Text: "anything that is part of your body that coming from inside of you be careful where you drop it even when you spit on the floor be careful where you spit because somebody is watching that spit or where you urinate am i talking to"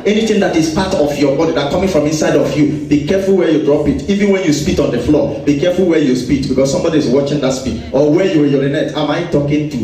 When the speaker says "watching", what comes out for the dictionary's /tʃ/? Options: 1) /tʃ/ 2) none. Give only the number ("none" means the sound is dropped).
1